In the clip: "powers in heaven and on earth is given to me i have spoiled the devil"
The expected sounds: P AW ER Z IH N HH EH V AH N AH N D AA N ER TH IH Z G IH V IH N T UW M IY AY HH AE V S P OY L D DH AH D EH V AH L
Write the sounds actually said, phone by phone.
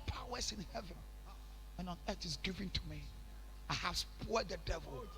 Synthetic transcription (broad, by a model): P AW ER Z IH N HH EH V AH N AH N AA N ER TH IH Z G IH V IH N T UW M IY AY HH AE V S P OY D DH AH D EH V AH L